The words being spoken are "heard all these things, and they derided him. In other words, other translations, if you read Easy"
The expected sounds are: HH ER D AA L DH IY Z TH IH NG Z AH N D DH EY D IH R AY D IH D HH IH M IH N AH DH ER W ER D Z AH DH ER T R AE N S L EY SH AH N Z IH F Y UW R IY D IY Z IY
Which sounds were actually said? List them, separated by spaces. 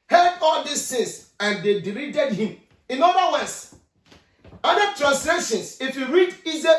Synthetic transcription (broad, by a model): HH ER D AA L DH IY S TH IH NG S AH N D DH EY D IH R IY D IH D HH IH M IH N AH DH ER W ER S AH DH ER T R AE N S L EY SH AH N S IH F Y UW R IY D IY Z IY